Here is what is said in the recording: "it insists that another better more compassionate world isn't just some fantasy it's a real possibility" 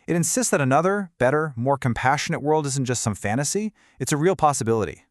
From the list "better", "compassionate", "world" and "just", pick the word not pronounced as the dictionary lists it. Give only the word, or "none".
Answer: none